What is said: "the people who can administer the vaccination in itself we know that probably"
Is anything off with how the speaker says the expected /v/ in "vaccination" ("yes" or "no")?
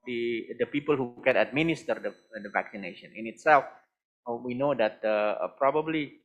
no